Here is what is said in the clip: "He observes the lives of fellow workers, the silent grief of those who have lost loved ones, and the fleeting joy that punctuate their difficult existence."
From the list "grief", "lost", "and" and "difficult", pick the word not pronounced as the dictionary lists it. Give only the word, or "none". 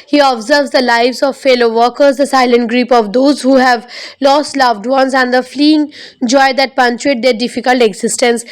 grief